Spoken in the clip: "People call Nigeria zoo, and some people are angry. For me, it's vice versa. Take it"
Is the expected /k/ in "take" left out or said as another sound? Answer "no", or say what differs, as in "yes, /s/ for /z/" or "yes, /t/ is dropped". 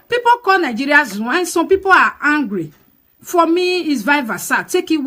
no